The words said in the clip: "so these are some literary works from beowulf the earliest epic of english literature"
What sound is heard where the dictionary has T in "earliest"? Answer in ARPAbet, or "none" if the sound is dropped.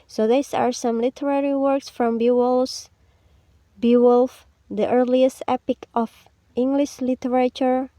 T